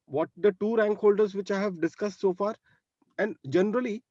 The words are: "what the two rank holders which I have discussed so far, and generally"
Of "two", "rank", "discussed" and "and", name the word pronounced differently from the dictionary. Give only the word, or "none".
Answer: none